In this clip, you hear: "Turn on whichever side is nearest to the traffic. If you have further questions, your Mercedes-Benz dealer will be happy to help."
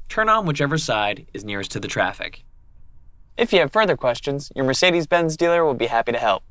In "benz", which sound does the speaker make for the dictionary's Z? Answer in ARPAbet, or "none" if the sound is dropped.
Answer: Z